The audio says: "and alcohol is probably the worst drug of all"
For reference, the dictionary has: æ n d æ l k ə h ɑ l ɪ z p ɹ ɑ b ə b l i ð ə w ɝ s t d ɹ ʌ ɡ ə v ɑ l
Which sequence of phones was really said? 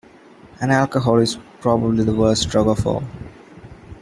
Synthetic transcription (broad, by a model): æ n æ l k ə h ɑ l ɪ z p ɹ ɑ b ə b l i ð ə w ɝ s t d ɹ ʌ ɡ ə f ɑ